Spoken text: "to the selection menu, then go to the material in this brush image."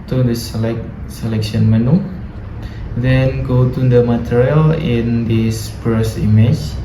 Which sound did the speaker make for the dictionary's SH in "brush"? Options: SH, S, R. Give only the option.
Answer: S